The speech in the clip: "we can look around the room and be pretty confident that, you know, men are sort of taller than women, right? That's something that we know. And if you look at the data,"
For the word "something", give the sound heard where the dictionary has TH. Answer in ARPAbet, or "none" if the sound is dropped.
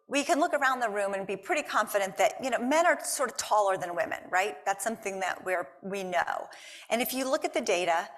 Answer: TH